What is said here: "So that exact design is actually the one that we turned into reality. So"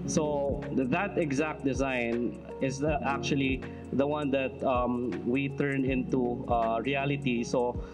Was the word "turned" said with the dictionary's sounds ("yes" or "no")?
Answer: no